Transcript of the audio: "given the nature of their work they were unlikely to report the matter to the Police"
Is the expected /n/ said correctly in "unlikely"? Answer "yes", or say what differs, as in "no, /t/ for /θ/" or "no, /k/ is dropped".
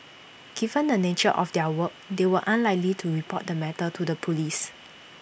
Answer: yes